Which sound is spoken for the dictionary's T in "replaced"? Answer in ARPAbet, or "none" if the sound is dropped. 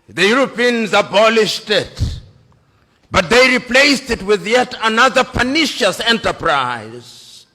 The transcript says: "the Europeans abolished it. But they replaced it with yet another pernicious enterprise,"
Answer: T